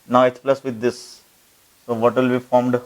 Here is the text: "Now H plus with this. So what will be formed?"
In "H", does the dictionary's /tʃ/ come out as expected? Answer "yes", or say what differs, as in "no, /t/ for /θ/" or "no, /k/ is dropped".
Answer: no, /s/ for /tʃ/